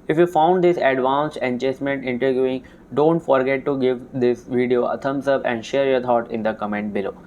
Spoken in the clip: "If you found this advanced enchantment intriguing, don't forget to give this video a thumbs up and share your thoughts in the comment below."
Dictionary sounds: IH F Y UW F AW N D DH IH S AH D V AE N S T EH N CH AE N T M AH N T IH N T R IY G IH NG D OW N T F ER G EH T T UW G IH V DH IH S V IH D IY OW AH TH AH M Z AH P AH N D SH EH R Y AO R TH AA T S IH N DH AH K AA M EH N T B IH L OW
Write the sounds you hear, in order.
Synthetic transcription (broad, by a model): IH F Y UW F AW N D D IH S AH D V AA N S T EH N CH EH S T M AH N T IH N T R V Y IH NG D OW N T F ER G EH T T UW G IH V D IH S V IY D IY OW AH T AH M S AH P AH N D SH EH R Y AO R T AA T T IH N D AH K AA M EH N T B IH L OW